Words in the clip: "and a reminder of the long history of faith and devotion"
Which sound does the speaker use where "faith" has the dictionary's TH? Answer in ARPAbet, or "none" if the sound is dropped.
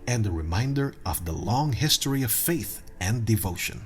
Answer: TH